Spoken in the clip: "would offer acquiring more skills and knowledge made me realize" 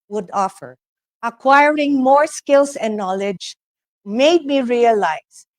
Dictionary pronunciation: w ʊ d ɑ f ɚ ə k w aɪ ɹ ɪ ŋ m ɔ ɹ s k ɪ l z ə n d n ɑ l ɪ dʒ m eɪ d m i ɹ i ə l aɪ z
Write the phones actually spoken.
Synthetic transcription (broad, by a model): w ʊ d ɑ f ɚ ə k w aɪ ɹ ɪ ŋ m ɔ ɹ s k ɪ l s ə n n ɑ l ɪ dʒ m eɪ d m i ɹ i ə l aɪ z